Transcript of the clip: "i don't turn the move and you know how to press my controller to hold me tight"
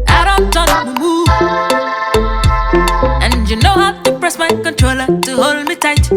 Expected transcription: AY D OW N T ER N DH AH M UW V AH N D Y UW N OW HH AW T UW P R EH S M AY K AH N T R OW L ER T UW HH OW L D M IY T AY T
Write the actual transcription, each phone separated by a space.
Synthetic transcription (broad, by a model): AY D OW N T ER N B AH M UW AH N Y UW N OW HH AW T UW P R EH S M AY K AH N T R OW L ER T UW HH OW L M IY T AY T